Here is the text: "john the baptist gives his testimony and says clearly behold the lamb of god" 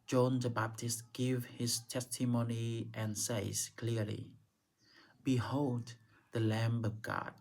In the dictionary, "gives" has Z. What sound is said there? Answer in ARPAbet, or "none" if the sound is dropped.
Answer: none